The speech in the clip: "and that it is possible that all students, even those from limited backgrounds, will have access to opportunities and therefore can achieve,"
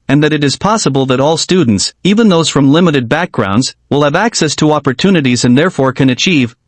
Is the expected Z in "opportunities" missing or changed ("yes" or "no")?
no